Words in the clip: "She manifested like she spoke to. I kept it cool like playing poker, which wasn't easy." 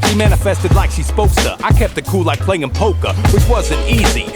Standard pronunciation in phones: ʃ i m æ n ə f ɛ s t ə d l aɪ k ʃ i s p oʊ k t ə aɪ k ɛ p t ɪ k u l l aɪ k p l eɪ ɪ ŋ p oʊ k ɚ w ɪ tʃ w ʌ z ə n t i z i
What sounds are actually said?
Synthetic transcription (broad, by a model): ʃ i m æ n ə f ɛ s t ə d l aɪ k ʃ i s p oʊ k s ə aɪ k ɛ p t ɪ k u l l aɪ k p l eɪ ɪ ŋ p oʊ k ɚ w ɪ tʃ w ʌ z ə n t i z i